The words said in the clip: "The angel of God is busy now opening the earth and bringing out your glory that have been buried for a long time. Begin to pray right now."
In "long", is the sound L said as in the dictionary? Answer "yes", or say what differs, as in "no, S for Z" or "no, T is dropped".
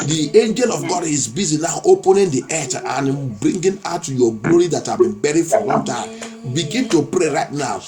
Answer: no, W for L